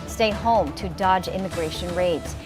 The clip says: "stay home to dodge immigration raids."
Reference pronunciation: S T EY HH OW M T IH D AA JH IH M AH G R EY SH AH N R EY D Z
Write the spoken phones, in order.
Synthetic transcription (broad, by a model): S T EY HH OW M T IH D AA JH IH M AH G R EY SH AH N R EY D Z